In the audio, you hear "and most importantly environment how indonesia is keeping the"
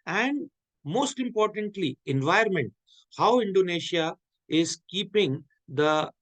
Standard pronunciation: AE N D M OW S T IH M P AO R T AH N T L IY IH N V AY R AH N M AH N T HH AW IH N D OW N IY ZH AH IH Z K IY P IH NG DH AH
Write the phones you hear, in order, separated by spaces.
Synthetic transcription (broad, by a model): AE N D M OW S T IH M P AO R T AH N T L IY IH N V AY AH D M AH N T HH AW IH N D OW N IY SH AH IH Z K IY P IH NG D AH